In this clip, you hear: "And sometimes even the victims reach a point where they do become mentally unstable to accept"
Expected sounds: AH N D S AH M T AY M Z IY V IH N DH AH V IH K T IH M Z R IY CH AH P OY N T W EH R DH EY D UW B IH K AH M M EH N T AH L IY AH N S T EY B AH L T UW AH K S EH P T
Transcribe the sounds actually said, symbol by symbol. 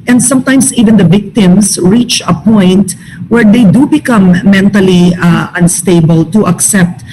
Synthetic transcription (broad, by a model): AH N D S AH M T AY M S IY V IH N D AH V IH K T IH M S R IY CH AH P OY N T W EH R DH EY D UW B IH K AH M M EH N T AH L IY AH N S T EY B AH L T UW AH K S EH P T